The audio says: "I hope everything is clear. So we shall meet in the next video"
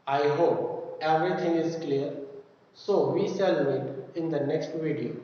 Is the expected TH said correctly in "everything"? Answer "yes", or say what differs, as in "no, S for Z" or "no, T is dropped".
no, T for TH